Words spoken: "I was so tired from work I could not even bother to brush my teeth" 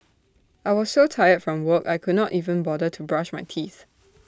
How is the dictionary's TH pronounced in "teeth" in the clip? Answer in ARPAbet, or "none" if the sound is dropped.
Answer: TH